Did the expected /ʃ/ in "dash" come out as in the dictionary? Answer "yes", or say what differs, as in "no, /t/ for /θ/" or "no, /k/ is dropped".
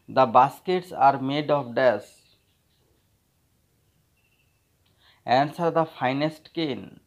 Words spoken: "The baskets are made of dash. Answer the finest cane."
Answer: no, /s/ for /ʃ/